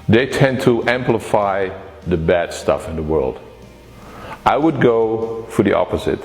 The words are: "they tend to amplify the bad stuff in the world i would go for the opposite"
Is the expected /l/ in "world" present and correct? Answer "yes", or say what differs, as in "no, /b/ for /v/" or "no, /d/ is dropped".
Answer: yes